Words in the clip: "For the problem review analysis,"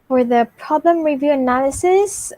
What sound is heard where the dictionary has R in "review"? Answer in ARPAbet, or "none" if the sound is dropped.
R